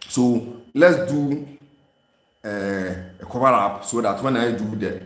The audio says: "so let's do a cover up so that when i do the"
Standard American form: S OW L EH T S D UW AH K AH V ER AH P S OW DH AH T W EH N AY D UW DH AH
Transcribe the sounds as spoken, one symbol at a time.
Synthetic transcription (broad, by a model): S OW L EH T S D UW AH K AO B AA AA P S OW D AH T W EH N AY D UW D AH